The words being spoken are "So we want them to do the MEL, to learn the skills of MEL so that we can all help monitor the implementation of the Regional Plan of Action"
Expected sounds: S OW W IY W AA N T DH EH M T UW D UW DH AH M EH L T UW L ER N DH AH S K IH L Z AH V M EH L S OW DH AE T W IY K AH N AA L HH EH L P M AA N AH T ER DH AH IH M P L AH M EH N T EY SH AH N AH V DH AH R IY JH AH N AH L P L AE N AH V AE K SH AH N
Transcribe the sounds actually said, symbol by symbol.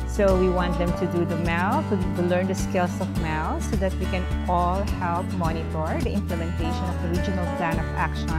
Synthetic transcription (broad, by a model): S OW W IY W AA N T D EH M T UW D UW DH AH M EH L T UW L ER N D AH S K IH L S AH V M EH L S OW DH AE T W IY K AH N AA L HH EH L P M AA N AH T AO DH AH IH M P L AH M EH N T EY SH AH N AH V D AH R IY JH AH N AH L P L AE N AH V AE K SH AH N